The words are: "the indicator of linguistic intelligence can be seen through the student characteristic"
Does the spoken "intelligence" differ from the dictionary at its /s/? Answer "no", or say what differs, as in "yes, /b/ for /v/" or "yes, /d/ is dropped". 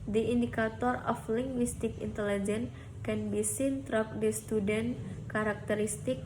yes, /s/ is dropped